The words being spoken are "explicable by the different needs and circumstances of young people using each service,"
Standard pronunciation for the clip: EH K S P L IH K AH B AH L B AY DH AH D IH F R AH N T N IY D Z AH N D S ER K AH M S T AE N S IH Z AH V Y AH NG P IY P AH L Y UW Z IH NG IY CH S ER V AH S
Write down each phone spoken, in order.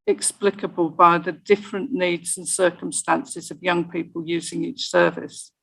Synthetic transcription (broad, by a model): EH K S P L IH K AH B AH L B AY DH AH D IH F R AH N N IY D Z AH N S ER K AH M S T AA N S IH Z AH V Y AH NG P IY P AH L Y UW Z IH NG IY CH S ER V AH S